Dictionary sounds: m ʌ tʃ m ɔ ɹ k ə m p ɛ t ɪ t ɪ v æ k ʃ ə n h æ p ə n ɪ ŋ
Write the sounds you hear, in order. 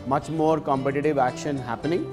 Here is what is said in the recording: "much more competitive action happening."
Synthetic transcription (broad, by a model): m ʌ tʃ m ɔ ɹ k ə m p ɛ t ɪ t ɪ v æ k ʃ ə n h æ p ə n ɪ ŋ